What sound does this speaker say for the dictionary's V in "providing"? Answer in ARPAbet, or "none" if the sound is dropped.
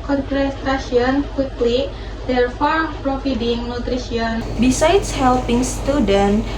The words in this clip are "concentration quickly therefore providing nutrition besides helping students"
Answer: F